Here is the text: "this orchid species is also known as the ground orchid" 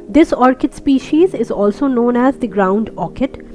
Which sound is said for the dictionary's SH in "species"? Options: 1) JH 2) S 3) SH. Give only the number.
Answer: 3